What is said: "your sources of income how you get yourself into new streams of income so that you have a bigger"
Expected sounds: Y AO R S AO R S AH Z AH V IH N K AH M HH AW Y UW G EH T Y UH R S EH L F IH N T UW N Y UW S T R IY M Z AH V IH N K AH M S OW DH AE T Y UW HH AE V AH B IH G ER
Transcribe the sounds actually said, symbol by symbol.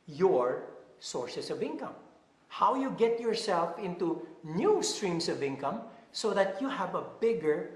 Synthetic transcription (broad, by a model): Y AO R S AO R S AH S AH V IH N K AH M HH AW Y UW G EH T Y UH R S EH L F IH N T UW N Y UW S T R IY M S AH V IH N K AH M S OW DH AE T Y UW HH AE V AH B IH G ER